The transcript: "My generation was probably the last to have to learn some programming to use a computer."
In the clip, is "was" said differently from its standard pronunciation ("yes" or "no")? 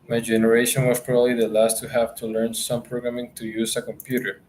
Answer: yes